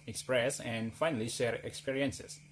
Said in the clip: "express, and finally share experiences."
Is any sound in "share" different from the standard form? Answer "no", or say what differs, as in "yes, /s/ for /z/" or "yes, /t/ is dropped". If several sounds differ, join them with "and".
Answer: no